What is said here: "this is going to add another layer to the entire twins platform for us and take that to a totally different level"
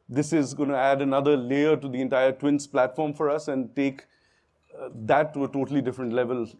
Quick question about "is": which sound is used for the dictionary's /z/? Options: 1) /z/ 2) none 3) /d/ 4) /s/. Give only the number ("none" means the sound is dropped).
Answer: 1